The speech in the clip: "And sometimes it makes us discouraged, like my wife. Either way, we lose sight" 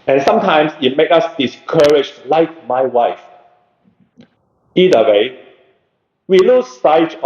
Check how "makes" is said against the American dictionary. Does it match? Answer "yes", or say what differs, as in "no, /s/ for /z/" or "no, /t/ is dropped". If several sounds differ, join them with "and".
no, /s/ is dropped